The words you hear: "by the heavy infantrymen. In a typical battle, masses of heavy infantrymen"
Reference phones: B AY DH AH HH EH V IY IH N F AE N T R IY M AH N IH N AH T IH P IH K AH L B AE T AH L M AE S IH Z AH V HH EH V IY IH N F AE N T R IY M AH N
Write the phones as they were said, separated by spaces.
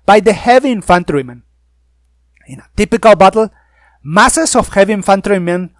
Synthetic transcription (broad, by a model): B AY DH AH HH EH V IY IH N F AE N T R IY M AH N IH N AH T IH P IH K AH L B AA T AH L M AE S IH S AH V HH EH V IY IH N F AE N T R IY M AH N